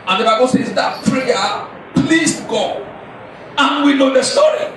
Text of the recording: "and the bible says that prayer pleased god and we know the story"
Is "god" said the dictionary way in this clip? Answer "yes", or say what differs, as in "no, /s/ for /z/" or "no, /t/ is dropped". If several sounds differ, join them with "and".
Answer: no, /d/ is dropped